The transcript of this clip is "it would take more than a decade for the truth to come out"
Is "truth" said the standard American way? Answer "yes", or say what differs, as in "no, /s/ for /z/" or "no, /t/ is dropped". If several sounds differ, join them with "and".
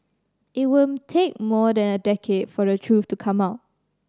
no, /f/ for /θ/